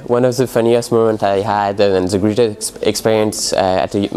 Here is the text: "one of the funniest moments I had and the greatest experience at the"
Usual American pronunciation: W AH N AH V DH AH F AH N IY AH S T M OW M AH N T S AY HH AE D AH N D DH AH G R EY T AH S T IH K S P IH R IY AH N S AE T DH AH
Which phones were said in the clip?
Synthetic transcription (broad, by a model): W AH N AH V DH AH F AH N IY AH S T M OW M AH N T AY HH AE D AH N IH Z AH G R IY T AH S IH K S P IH R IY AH N S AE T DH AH